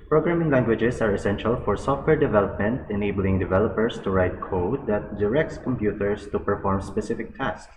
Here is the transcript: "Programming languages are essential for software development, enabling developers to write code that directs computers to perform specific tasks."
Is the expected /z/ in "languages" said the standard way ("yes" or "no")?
no